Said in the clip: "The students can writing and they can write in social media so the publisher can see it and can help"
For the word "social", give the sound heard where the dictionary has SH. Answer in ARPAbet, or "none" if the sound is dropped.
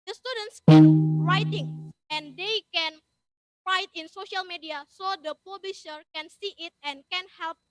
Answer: SH